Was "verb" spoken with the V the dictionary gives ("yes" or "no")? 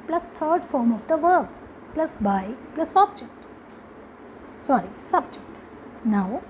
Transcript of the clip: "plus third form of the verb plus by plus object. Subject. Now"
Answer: yes